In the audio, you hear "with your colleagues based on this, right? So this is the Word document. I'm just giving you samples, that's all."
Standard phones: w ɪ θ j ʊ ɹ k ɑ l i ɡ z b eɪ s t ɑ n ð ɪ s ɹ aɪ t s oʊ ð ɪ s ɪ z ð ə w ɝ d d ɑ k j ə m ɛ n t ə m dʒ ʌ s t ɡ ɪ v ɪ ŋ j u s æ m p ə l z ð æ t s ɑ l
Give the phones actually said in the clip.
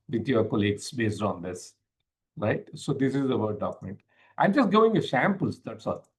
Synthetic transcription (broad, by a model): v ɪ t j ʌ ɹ k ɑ l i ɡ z b eɪ s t ɑ n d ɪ s ɹ aɪ t s oʊ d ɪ s ɪ z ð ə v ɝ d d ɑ k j m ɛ n t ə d dʒ ʌ s t ɡ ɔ ɪ ŋ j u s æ m p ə l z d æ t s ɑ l